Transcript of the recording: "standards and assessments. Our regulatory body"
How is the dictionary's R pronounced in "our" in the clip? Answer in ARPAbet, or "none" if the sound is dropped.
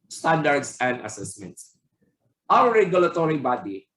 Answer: W